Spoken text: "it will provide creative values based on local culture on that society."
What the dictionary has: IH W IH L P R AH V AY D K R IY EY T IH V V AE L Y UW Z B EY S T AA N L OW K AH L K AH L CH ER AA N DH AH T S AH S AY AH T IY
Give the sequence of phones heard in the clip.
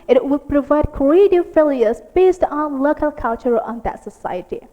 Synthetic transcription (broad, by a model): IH W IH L P R AH V AY D K IY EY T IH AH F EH L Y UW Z B EY S T AA N L OW K AH L K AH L CH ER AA N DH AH T S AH S AY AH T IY